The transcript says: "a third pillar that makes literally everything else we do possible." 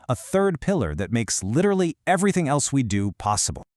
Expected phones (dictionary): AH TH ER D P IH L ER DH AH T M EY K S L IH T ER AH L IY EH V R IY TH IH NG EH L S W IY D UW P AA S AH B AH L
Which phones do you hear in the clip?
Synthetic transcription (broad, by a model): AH TH ER D P IH L ER DH AH T M EY K S L IH T ER L IY EH V R IY TH IH NG EH L S W IY D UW P AA S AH B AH L